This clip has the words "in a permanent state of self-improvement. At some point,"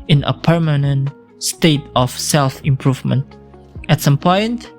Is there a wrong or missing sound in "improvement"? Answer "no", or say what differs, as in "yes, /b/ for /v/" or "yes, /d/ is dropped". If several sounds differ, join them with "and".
no